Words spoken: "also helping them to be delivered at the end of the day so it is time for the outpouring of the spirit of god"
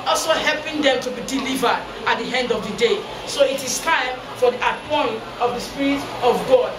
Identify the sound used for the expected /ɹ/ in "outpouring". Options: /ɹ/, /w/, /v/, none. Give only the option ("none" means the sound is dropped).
none